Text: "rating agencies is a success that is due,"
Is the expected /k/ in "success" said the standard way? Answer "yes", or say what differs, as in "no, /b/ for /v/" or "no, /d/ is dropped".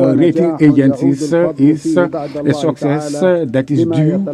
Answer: yes